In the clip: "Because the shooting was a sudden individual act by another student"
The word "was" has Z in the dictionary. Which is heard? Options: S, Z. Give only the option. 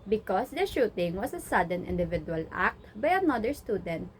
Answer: S